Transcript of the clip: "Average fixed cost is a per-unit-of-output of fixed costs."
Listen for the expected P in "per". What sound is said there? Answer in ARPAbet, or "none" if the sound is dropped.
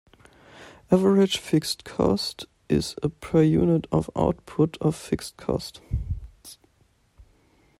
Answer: P